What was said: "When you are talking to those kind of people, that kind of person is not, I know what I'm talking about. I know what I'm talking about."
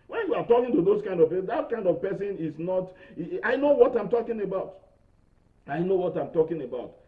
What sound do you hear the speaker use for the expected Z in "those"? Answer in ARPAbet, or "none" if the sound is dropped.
S